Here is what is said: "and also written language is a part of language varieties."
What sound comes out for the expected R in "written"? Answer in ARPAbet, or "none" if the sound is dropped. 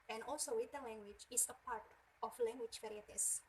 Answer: W